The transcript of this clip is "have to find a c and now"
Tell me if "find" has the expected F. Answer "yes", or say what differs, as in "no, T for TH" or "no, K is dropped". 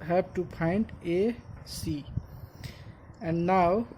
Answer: no, P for F